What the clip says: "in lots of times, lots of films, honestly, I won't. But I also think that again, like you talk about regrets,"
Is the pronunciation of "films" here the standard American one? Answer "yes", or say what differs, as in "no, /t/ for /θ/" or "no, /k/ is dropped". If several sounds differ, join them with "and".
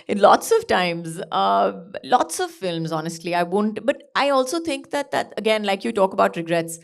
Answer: yes